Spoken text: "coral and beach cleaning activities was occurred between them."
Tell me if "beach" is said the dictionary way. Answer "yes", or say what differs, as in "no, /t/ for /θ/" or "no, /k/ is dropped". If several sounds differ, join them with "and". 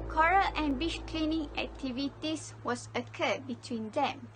no, /ʃ/ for /tʃ/